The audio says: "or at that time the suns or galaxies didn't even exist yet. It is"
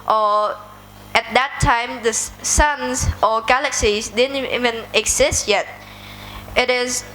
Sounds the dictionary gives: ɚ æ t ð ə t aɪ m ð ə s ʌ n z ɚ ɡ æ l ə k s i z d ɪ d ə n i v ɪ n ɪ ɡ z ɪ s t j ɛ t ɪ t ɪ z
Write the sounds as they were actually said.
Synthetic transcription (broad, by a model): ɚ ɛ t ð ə t aɪ m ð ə s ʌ n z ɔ ɡ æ l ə k s i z d ɪ d ə n i v ɪ n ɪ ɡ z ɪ s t j ɛ t ɪ t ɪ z